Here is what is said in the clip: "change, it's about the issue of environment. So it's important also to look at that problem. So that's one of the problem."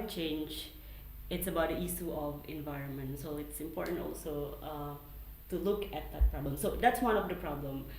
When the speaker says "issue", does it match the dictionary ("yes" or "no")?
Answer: no